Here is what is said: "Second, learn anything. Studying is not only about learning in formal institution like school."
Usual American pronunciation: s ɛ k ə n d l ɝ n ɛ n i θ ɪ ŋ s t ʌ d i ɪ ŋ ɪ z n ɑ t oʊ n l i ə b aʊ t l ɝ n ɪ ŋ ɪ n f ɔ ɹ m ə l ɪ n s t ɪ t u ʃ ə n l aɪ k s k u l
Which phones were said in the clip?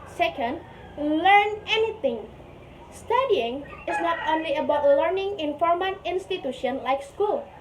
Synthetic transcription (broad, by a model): s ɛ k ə n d l ɝ n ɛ n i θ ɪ ŋ s t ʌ d i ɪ ŋ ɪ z n ɑ t oʊ n l i ə b aʊ t l ɝ n ɪ ŋ ɪ n f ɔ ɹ m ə n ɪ n s t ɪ t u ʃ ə n l aɪ k s k u l